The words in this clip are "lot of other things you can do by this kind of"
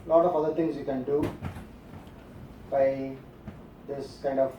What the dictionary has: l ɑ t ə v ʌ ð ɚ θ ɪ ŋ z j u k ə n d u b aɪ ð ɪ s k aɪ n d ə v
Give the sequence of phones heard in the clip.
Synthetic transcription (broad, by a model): l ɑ t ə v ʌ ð ɚ t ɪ ŋ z j u k ə n d u b aɪ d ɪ s k aɪ n d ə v